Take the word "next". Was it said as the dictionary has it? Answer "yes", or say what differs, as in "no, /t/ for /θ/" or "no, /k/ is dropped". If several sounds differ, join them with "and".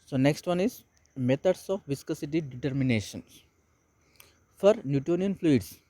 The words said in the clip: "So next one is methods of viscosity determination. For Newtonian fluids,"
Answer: yes